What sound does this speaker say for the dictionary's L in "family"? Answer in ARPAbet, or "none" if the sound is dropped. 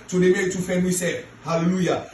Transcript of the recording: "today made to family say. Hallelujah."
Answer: none